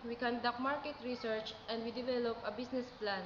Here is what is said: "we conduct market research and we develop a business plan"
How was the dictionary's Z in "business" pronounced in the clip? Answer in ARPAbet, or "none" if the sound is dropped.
S